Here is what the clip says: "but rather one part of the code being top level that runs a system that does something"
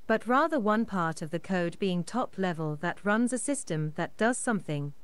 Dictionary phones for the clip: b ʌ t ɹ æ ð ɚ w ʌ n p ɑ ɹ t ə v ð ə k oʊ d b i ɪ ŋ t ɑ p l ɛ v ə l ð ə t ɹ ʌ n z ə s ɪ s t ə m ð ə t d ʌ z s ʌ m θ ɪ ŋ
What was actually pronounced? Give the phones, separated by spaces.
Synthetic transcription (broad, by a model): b ʌ t ɹ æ ð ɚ w ʌ n p ɑ ɹ t ə v ð ə k oʊ d b i ɪ ŋ t ɑ p l ɛ v ə l ð ə t ɹ ʌ n z ə s ɪ s t ə m ð ə t d ʌ z s ʌ m θ ɪ ŋ